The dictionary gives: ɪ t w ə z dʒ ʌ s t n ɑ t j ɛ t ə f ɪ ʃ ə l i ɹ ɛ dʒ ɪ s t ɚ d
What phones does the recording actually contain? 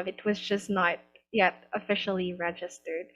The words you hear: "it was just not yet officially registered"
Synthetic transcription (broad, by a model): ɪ t w ə z dʒ ʌ s n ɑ t j ɛ t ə f ɪ ʃ l i ɹ ɛ dʒ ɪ s t ɚ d